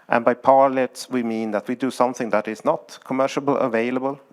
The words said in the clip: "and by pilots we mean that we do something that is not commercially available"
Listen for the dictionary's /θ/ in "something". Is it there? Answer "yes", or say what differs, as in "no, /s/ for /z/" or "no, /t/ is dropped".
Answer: yes